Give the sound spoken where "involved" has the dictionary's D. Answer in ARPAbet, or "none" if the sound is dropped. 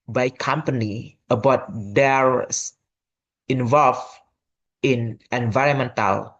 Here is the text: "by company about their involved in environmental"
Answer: none